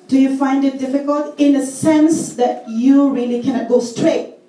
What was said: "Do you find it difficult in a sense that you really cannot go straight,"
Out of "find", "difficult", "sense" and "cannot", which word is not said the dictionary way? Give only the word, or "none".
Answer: none